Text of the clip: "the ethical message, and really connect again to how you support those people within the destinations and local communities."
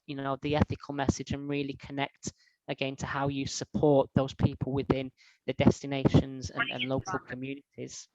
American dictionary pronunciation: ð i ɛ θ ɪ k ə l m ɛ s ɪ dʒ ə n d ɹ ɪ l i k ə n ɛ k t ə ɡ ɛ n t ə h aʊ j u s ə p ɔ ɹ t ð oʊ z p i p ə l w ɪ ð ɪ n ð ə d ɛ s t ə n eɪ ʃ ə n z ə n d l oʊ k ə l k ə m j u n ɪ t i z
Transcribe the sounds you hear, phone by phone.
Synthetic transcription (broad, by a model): ð i ɛ θ ɪ k ə l m ɛ s ɪ dʒ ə n ɹ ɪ l i k ə n ɛ k t ə ɡ ɛ n t ə h aʊ j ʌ s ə p ɔ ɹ t ð oʊ z p i p ə l w ɪ ð ɪ n ð ə d ɛ s t ə n eɪ ʃ ə n z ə n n l oʊ k ə l k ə m j u n ɪ t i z